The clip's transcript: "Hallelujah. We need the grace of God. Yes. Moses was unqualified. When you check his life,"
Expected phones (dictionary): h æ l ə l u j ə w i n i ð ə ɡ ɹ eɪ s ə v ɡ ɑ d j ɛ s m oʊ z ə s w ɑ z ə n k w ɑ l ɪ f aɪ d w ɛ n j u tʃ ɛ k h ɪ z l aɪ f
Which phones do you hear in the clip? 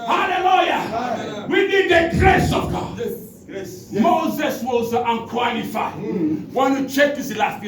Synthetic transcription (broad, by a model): h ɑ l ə l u j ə w i n i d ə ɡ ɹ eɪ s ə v ɡ ɑ d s m oʊ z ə s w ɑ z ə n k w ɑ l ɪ f aɪ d w ɛ n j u tʃ ɛ k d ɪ s l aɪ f